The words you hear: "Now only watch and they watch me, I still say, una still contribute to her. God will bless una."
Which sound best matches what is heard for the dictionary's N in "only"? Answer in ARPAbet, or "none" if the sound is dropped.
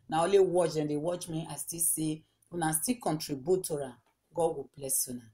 none